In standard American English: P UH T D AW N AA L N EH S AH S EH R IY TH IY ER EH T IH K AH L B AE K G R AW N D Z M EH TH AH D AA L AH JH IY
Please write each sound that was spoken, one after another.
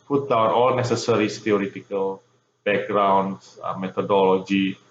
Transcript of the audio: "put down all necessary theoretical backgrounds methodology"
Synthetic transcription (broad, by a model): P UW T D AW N AA L N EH S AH S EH R IY S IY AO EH T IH K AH L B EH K G R AW N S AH M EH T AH D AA L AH JH IY